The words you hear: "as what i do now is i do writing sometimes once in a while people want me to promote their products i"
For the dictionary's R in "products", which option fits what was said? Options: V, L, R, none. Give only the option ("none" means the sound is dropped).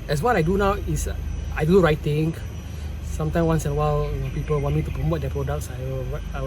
R